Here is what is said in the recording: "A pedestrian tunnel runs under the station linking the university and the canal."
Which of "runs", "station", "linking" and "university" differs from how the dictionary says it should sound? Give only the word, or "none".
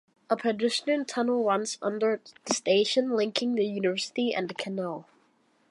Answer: runs